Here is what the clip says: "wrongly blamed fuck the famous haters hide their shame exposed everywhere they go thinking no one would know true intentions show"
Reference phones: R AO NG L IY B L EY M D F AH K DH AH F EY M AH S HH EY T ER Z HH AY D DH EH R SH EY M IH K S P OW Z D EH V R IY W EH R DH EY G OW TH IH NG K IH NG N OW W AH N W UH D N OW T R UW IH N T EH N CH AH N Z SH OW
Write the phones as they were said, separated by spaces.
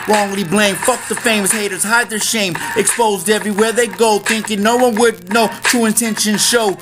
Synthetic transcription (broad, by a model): R AO NG L IY B L EY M F AH K DH AH F EY M AH S HH EY T ER Z HH AY D DH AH R SH EY M IH K S P OW Z D EH V R IY W EH R DH EY G OW TH IH NG K IH NG N OW W AH N W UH D N OW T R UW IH N T EH N SH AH N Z SH OW